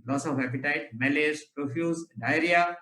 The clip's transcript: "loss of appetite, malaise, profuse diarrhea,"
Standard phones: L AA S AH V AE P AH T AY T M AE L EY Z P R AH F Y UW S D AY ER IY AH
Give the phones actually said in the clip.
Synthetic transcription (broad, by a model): L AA S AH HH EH P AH T AY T M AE L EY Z P R AH F Y UW S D AY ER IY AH